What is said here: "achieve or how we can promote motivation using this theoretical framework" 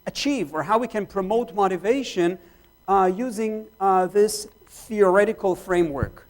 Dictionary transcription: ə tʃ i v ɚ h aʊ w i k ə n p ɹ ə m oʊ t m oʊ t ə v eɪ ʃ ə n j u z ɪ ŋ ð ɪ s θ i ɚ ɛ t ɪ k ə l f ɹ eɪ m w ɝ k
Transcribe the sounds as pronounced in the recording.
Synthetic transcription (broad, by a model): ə tʃ i v ɚ h aʊ w i k ə n p ɹ ə m oʊ t m oʊ t ə v eɪ ʃ ə n j u z ɪ ŋ ð ɪ s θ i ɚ ɛ t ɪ k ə l f ɹ eɪ m w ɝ k